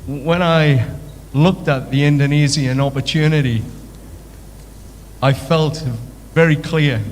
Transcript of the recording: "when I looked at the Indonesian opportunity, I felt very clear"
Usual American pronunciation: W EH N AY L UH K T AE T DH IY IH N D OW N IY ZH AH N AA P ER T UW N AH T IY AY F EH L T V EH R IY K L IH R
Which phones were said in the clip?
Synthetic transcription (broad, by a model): W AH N AY L UH K T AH T DH IY IH N D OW N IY Z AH N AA P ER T UW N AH T IY AY F EH L T V EH R IY K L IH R